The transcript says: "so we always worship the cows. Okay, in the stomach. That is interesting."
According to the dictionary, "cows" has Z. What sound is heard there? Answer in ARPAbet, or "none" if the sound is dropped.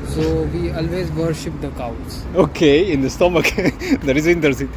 S